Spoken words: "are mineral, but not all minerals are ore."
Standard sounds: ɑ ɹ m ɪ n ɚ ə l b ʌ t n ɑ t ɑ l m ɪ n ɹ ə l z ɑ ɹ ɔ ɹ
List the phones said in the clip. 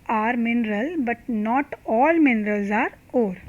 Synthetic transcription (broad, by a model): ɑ ɹ m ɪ n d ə l b ʌ t n ɑ t ɑ l m ɪ n ɹ ə l z ɑ ɹ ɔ ɹ